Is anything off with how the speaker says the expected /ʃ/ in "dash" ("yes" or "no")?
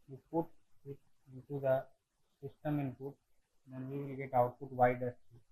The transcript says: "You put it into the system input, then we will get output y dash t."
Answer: yes